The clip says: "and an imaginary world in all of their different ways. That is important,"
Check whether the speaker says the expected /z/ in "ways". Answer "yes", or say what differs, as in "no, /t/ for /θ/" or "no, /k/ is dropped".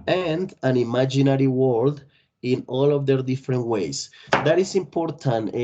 no, /s/ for /z/